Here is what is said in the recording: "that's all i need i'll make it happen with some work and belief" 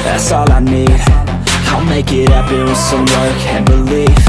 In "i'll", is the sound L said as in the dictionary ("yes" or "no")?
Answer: no